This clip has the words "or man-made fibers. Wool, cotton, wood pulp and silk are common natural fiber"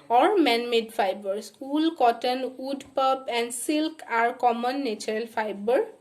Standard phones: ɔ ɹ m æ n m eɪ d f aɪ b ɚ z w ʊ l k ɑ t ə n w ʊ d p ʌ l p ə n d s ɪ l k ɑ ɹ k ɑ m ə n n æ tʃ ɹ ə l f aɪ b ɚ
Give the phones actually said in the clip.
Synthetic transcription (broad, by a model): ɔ ɹ m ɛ n m eɪ d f aɪ b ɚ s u l k ɑ t ə n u d p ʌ p ə n d s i l k ɑ ɹ k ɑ m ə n n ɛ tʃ ɹ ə l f aɪ b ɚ